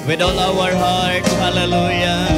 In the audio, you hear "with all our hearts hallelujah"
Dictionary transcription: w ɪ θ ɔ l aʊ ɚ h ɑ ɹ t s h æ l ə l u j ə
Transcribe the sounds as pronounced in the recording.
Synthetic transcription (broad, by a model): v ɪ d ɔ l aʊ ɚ h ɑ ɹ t h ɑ l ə l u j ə